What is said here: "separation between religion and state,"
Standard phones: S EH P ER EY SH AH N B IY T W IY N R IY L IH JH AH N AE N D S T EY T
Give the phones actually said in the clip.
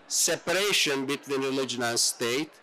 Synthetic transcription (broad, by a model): S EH P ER EY SH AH N B IY T W IY N R IY L IH JH AH N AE N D S T EY T